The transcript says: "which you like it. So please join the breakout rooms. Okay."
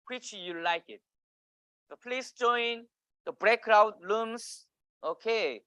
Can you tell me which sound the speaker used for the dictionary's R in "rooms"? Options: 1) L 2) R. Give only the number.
1